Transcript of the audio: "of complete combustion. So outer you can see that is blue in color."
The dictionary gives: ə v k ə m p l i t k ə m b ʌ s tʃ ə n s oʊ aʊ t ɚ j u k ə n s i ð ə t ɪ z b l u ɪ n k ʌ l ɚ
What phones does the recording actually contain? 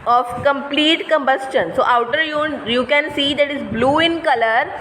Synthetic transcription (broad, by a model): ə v k ə m p l i t k ə m b ʌ s tʃ ə n s oʊ aʊ t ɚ j u k ə n s i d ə t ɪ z b l u ɪ n k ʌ l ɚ